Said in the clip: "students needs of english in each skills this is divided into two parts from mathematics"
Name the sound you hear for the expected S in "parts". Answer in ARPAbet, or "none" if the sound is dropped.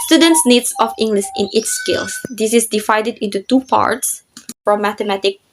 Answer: S